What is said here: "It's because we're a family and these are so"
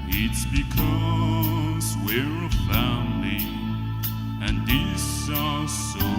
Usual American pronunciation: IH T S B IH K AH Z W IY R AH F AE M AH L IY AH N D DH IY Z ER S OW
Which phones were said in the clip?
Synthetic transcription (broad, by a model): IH T S B IH K AH Z W IY R AH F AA AH N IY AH N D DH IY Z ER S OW